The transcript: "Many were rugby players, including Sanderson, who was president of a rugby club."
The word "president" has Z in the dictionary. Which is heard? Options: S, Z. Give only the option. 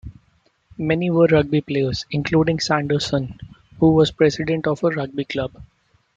S